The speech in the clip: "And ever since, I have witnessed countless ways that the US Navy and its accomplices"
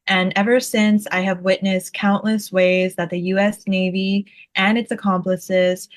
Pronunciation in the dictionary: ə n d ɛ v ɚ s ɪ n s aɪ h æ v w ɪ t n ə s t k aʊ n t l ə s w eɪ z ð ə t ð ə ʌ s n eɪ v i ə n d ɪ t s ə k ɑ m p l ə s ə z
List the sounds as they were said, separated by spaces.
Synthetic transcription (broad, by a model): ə n ɛ v ɚ s ɪ n s aɪ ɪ v w ɪ t n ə s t k aʊ n t l ə s w eɪ z ð ə t ð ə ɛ s n eɪ v i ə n ɪ t s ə k ɑ m p l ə s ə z